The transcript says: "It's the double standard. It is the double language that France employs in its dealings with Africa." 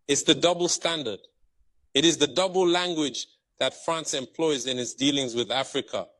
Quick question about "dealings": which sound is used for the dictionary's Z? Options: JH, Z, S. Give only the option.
Z